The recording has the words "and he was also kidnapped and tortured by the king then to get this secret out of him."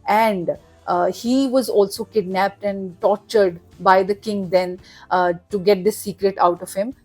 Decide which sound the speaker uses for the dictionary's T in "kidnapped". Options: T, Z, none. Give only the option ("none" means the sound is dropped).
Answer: T